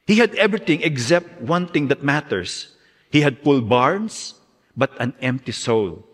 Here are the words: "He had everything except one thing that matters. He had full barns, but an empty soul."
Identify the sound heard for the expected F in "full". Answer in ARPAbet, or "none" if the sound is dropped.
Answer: P